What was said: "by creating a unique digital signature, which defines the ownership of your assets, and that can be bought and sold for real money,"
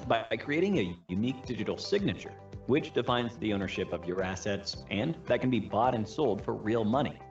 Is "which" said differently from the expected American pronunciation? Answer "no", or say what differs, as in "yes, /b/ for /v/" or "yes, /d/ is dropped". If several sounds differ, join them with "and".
no